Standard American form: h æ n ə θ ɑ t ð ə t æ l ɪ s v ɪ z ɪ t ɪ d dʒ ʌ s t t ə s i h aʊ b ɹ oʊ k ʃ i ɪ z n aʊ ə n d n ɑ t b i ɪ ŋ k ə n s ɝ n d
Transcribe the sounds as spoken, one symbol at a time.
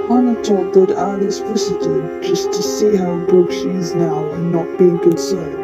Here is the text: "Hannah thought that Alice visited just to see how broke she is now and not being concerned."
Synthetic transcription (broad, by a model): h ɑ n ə t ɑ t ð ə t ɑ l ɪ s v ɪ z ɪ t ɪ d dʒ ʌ s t t ə s i h aʊ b oʊ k ʃ i ɪ z n aʊ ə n n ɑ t b i ɪ ŋ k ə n s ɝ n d